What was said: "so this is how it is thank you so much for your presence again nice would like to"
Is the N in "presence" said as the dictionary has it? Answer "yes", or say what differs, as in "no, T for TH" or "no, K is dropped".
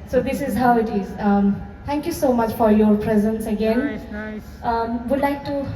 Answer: yes